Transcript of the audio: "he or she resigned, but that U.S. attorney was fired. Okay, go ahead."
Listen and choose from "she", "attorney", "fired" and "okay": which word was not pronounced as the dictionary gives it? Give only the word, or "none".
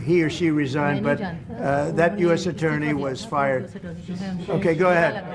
none